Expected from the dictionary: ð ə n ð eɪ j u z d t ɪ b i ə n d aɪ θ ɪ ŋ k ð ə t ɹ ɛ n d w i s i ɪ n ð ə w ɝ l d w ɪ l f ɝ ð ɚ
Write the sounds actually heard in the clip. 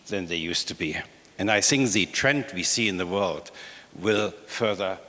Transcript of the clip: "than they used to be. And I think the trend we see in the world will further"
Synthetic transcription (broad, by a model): ð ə n ð eɪ j u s t ɪ b i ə n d aɪ θ ɪ ŋ k ð ə t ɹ ɛ n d w i s i ɪ n ð ə w ɝ l d w ɪ l f ɝ ð ɚ